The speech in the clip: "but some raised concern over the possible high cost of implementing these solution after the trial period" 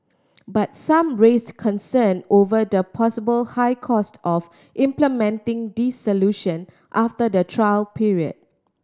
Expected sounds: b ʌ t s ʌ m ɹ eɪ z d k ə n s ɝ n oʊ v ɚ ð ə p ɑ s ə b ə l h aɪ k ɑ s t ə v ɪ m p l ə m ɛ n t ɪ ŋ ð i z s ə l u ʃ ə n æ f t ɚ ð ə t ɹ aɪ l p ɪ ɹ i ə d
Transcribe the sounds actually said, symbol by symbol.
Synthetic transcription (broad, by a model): b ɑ t s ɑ m ɹ eɪ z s k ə n s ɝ n oʊ v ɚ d ə p ɑ s ə b ə l h aɪ k ɑ s t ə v ɪ m p l ə m ɛ n t ɪ ŋ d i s s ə l u ʃ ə n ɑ f t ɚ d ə t ɹ aɪ l p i ɹ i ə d